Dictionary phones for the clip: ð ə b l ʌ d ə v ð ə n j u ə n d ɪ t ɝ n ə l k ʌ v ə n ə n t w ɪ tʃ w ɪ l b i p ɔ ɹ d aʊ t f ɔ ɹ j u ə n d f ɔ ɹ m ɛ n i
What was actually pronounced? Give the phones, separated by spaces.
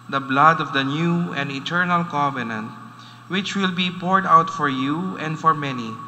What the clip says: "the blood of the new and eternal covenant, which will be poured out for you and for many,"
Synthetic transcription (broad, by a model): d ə b l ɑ d ə v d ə n j u ə n d ɪ t ɝ n ə l k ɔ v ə n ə n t w ɪ tʃ w ɪ l b i p ɔ ɹ d aʊ t f ɔ ɹ j u ə n d f ɔ ɹ m ɛ n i